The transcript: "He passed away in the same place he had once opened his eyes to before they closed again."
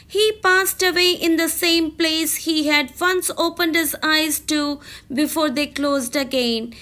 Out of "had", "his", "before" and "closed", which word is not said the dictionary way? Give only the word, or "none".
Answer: none